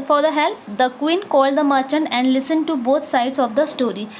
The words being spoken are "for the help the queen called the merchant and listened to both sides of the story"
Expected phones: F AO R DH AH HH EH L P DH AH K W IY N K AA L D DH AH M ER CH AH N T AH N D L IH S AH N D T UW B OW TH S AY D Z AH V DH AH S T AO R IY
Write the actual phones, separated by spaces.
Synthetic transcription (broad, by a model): F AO R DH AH HH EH L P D AH K W IY N K AA L D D AH M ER CH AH N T AH N D L IH S AH N D T UW B OW T S AY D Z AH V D AH S T AO R IY